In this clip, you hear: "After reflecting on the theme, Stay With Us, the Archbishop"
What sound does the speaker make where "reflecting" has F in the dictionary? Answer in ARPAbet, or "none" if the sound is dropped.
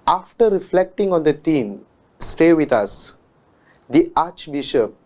F